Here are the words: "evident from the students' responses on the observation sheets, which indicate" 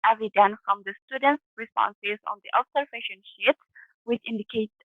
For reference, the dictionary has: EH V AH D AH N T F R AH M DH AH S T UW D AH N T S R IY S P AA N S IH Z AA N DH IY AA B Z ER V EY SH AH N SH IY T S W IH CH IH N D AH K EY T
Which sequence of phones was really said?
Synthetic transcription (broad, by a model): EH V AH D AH N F R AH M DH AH S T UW D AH N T S R IY S P AA N S IH Z AA N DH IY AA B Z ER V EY SH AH N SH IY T W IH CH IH N D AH K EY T